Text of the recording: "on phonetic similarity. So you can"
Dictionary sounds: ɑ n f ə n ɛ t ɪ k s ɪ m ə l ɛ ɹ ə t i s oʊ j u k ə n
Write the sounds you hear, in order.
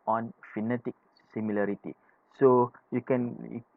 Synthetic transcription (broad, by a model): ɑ n f ə n ɛ t ɪ k s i m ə l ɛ ɹ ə t i s oʊ j u k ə n